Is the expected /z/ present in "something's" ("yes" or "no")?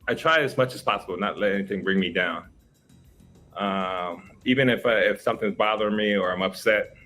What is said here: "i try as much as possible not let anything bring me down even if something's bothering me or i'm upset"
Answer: yes